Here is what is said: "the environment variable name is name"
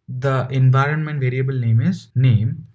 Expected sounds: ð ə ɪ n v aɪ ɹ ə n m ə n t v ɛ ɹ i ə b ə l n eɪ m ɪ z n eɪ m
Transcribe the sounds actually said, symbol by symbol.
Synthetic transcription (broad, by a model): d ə ɪ n v aɪ ɹ ə n m ə n t v ɛ ɹ i ə b ə l n eɪ m ɪ z n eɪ m